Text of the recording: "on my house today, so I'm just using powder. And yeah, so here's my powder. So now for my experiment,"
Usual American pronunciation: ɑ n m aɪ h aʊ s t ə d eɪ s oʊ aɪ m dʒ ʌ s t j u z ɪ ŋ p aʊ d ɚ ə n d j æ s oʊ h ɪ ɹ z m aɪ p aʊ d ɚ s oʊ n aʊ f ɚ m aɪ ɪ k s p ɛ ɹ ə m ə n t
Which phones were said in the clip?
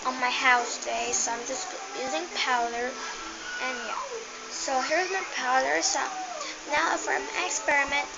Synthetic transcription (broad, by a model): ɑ n m aɪ h aʊ s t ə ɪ s oʊ aɪ m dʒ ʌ s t j u z ɪ ŋ p aʊ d ɚ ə n j æ s oʊ h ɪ ɹ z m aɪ p aʊ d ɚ s oʊ n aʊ f ɚ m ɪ k s p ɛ ɹ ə m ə n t